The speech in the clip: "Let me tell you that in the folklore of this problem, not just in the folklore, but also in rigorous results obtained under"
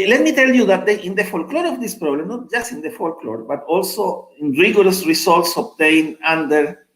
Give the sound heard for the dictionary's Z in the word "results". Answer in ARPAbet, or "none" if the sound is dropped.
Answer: S